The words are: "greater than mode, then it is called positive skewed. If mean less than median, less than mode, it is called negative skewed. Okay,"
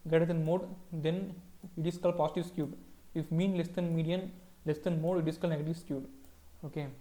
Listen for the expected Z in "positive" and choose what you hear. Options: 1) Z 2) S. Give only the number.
2